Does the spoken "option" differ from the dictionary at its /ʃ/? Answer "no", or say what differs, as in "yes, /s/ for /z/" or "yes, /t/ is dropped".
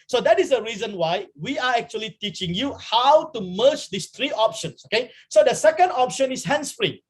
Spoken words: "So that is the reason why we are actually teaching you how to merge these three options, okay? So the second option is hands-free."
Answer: no